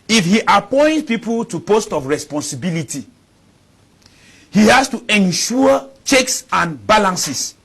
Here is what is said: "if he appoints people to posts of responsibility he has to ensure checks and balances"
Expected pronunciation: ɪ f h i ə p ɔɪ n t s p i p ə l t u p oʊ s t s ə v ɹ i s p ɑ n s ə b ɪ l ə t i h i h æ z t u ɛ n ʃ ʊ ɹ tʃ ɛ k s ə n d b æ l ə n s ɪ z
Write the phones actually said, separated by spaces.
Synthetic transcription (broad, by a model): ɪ f h i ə p ɔɪ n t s p i p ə l t u p oʊ s t ə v ɹ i s p ɑ n s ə b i l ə t i h i h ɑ s t u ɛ n ʃ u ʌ tʃ ɛ k s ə n b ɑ l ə n s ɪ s